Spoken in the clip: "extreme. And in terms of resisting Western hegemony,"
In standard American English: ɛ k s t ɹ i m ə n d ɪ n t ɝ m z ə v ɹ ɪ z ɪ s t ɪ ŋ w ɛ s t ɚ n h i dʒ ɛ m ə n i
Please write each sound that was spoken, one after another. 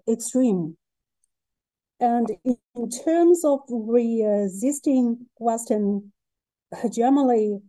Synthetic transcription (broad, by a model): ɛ k s t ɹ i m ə n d ɪ n t ɝ m z ə v ɹ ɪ z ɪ s t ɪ ŋ w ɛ s t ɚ n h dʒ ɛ m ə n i